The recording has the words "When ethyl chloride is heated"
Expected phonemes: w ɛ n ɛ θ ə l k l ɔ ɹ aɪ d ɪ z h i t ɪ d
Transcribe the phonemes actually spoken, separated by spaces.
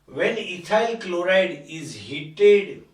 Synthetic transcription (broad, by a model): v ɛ n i t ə l k l ɔ ɹ aɪ d ɪ z h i t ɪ d